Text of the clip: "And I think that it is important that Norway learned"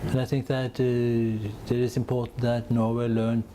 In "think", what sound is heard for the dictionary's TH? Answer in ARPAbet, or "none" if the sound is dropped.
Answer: TH